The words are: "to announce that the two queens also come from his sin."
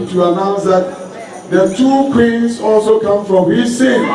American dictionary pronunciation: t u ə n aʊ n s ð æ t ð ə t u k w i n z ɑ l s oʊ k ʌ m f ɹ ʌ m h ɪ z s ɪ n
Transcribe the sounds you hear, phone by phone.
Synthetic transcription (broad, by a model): t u ə n aʊ n s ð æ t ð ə t u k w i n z ɑ l s oʊ k ʌ m f ɹ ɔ m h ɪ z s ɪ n